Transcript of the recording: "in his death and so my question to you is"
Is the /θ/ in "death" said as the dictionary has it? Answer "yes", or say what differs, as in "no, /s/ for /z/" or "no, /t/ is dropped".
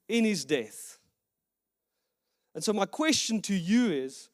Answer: yes